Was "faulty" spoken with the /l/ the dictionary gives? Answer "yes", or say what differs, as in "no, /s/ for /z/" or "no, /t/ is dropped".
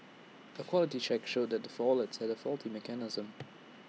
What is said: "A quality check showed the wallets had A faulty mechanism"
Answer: yes